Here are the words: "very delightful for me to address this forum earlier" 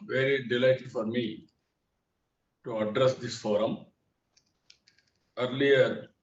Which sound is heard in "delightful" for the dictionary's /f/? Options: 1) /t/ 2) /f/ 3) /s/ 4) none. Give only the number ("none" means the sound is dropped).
4